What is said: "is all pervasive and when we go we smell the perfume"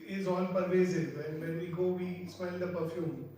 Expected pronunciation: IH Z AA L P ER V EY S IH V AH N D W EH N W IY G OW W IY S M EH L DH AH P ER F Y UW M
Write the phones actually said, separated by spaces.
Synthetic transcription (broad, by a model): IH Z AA N P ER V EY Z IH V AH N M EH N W IY G OW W IY S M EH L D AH P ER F Y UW M